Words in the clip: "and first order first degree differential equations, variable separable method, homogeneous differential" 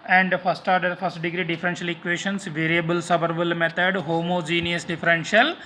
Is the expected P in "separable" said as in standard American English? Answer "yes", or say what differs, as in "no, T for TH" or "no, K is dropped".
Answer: no, B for P